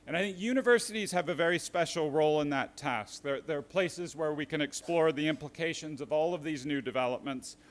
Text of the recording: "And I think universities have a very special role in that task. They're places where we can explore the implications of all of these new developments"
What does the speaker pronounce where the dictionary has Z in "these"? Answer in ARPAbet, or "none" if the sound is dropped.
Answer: Z